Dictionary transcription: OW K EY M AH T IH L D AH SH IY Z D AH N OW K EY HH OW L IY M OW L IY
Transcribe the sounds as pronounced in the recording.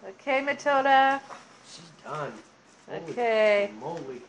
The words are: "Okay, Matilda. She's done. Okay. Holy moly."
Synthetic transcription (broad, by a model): OW K EY M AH T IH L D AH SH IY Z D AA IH OW K EY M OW IY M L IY